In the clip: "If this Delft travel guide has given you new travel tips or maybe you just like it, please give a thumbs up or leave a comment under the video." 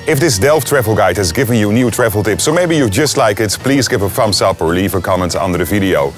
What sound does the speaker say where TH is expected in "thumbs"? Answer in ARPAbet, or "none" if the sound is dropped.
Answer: F